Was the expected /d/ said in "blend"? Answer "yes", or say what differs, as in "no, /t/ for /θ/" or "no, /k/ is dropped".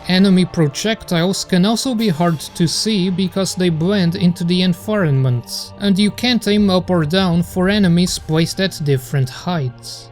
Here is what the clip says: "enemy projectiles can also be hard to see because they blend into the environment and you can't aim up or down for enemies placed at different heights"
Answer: yes